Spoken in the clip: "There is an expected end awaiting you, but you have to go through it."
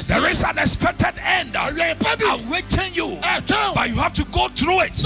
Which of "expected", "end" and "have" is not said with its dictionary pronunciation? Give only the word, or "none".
have